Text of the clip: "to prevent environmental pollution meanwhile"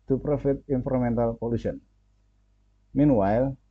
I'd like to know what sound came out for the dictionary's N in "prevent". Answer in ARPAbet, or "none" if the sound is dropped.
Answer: none